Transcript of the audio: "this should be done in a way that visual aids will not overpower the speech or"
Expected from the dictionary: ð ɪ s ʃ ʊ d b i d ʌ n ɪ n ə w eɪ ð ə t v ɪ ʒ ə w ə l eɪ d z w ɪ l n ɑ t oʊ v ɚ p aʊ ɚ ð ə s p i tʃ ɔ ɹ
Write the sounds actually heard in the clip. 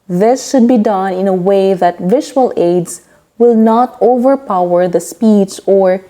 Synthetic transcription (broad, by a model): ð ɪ s ʃ ʊ d b i d ʌ n ɪ n ə w eɪ ð ə t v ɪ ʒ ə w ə l eɪ d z w ɪ l n ɑ t oʊ v ɚ p aʊ ɚ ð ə s p i s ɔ ɹ